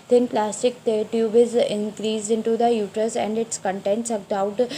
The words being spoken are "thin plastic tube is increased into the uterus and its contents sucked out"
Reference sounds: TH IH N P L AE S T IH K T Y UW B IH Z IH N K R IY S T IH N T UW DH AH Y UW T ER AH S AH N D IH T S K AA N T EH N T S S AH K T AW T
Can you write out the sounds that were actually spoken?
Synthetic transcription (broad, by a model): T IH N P L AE S S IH K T Y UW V IH Z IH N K R IY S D IH N T UW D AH Y UW T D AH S AH N D IH T S K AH N T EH N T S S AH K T AW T